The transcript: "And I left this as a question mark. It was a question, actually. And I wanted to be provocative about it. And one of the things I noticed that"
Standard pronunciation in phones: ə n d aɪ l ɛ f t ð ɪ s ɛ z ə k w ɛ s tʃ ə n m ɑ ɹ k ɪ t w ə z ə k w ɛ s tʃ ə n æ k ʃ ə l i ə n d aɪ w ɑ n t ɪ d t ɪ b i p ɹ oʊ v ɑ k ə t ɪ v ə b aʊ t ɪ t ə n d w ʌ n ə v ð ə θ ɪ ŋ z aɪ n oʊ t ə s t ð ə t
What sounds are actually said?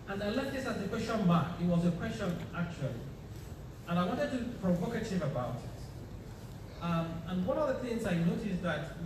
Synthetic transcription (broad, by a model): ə n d aɪ l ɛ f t ð ɪ s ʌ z ə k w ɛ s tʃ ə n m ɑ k ɪ t w ə z ə k w ɛ s tʃ ə n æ k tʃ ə l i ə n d aɪ w ɑ n t ɪ d t ɪ p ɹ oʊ v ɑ k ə t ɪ v ə b aʊ t ɪ t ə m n w ʌ n ə v ð ə θ ɪ ŋ z aɪ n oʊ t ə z ð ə t